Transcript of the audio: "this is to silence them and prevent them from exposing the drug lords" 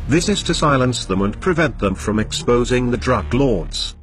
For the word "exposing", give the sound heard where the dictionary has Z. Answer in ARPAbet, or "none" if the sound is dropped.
Z